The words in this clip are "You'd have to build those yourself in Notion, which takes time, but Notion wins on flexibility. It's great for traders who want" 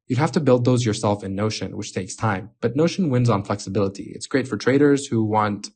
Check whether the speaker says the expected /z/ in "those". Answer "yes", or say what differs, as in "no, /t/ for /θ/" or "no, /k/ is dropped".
yes